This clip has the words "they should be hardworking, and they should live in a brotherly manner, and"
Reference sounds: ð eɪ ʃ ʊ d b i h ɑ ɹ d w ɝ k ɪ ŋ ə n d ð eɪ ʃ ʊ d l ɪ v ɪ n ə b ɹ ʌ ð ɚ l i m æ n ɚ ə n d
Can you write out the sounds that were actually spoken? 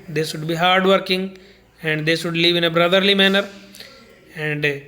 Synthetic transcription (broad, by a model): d eɪ ʃ ʊ d b i h ɑ ɹ d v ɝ k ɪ ŋ ə n d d eɪ ʃ ʊ d l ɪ v ɪ n ə b ɹ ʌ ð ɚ l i m æ n ɚ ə n d